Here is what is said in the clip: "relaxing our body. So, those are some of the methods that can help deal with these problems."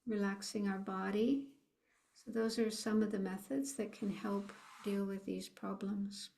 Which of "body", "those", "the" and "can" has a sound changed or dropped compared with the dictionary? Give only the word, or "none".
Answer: none